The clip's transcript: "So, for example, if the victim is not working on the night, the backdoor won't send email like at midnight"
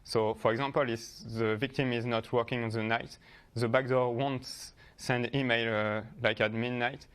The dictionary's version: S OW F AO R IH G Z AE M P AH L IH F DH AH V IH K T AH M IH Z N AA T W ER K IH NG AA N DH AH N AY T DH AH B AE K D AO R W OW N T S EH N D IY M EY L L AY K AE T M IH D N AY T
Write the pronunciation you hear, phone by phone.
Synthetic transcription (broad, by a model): S OW F AO R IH G Z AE M P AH L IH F DH AH V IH K T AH M IH Z N AA T W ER K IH NG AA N DH AH N AY T DH AH B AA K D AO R W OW N T S EH N D IY M EY L L AY K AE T M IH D N AY T